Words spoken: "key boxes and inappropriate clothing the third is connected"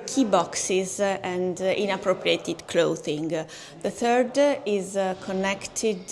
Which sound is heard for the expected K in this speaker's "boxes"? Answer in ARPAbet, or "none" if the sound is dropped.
K